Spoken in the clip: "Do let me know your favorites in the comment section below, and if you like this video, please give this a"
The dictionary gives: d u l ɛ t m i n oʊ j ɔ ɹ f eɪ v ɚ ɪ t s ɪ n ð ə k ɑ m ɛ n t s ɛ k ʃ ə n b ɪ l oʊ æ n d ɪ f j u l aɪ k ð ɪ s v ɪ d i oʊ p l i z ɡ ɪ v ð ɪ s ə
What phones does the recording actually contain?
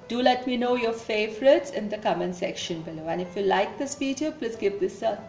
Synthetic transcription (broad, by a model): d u l ɛ t m i n oʊ j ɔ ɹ f eɪ v ɚ ɪ t s ɪ n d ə k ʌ m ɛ n s ɛ k ʃ ə n b ɪ l oʊ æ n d ɪ f j u l aɪ k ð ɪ s p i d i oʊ p l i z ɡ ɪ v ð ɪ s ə